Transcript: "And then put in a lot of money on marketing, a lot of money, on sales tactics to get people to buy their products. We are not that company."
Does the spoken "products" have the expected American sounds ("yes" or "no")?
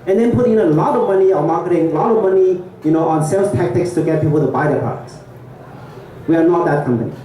no